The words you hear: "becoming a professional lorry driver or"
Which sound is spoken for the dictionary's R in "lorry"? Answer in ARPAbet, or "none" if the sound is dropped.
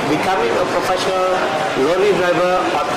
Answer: L